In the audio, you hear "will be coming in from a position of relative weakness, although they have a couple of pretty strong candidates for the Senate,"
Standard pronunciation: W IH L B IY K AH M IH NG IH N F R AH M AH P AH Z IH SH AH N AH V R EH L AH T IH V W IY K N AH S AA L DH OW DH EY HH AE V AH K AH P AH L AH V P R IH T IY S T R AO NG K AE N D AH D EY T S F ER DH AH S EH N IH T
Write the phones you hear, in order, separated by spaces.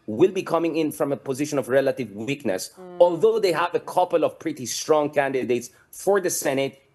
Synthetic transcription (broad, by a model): W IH L B IY K AH M IH NG IH N F R AH M AH P AH Z IH SH AH N AH V R EH L AH T IH V W IY K N AH S AA L DH OW DH EY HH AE V AH K AH P AH L AH V P R IH T IY S T R AO NG K AE N D AH D EY T S F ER DH AH S EH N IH T